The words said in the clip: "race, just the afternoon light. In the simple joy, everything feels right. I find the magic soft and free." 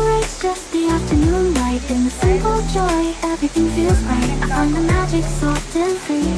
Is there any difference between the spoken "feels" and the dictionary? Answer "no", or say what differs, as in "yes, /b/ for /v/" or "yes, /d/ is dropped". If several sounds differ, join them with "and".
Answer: no